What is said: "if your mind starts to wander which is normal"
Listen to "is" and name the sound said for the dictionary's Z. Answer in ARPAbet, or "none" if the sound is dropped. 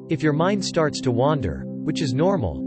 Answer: Z